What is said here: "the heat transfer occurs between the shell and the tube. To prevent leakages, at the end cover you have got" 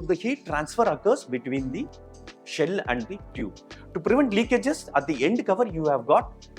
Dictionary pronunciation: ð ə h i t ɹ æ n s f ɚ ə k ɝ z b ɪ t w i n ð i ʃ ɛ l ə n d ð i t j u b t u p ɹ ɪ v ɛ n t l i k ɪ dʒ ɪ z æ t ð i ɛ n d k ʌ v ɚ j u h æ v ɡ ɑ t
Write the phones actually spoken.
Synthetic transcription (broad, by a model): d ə h i t ɹ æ n s f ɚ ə k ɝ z b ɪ t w i n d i ʃ ɛ l ə n d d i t j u t u p ɹ ɪ v ɛ n t l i k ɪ dʒ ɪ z æ t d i ɛ n d k ʌ v ɚ j u h æ v ɡ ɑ t